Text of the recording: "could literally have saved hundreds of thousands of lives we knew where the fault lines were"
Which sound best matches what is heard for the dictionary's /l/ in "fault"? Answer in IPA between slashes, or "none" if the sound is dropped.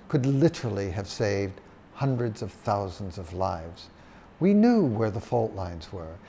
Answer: /l/